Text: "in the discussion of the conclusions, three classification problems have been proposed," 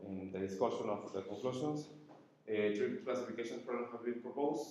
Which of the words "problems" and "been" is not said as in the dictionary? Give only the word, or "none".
problems